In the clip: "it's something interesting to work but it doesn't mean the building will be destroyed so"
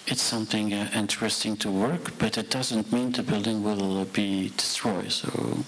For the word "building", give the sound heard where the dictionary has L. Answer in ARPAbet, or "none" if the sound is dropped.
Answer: L